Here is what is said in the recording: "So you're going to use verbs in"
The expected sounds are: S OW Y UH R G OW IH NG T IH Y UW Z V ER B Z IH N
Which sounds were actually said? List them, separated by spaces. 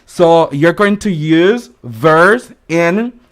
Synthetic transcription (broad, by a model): S OW Y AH R G OW IH NG T IH Y UW Z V ER Z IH N